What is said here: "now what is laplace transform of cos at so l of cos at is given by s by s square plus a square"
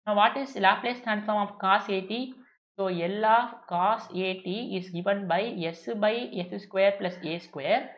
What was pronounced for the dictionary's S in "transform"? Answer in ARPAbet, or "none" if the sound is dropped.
none